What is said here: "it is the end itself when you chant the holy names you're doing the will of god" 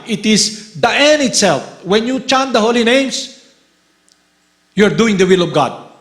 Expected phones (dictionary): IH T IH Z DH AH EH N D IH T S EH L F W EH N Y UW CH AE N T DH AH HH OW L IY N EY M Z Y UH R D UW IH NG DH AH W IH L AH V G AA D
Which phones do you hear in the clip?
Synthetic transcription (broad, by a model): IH T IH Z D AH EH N IH T S EH L F W EH N Y UW CH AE N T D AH HH OW L IY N EY M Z Y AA R D UW IH NG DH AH W IH L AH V G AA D